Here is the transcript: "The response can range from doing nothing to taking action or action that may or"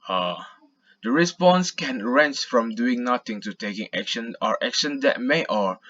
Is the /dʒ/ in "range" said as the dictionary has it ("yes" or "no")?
no